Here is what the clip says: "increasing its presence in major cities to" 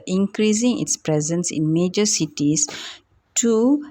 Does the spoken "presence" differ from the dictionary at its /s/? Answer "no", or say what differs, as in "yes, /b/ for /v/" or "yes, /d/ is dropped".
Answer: no